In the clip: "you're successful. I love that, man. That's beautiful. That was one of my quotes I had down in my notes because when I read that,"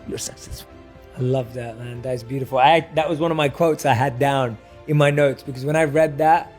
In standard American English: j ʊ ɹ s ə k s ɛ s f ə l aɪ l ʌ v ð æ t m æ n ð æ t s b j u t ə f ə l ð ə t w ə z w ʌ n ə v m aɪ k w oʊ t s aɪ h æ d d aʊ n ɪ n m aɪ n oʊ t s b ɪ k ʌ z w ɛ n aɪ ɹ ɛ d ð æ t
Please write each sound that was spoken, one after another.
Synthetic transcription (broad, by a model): j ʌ ɹ s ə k s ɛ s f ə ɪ l ʌ v ð æ t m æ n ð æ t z b j u t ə f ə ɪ ð ə t w ə z w ʌ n ə v m aɪ k w oʊ t s aɪ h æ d d aʊ n ɪ n m aɪ n oʊ t s b ɪ k ʌ z w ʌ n aɪ ɹ ɛ d ð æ t